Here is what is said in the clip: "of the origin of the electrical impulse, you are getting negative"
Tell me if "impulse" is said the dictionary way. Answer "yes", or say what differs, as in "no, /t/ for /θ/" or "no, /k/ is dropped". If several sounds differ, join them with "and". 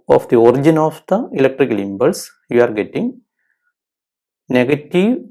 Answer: no, /b/ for /p/